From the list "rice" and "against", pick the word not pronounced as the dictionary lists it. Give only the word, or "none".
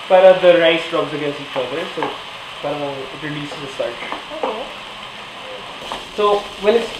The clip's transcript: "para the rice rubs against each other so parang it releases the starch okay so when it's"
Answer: against